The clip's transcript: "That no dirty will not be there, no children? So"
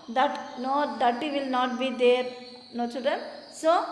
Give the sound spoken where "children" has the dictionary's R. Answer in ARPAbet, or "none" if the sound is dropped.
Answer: none